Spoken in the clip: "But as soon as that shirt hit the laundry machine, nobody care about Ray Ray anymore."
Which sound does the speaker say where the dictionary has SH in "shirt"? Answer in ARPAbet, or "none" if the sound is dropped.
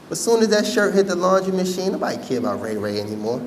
SH